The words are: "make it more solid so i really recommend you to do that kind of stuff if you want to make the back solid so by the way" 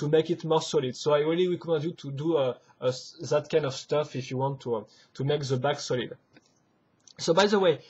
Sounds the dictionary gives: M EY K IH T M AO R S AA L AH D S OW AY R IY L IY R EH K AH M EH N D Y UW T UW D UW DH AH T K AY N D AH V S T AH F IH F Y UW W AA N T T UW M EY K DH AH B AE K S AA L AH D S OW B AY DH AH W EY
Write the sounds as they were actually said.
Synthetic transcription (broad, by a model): M EY K IH T M AO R S AA L AH D S OW AY R IY L IY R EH K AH M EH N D Y UW T UW D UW DH AH T K AY N D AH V S T AH F IH F Y UW W AA N T T UW M EY K DH AH B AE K S AA L AH D S OW B AY DH AH W EY